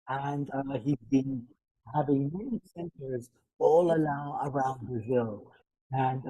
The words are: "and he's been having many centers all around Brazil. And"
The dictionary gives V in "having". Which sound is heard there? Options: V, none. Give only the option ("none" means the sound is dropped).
V